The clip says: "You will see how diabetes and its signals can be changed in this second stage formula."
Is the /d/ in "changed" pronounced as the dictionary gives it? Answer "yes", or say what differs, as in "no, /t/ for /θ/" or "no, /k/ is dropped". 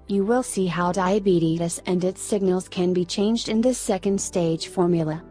yes